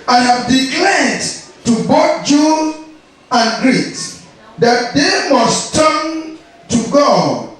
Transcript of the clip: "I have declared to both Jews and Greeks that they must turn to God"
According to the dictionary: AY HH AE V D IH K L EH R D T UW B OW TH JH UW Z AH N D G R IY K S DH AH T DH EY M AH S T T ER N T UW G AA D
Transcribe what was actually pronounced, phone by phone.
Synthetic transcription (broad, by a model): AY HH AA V D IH K L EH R D T UW B OW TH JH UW AH N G R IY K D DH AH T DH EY M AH S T T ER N T UW G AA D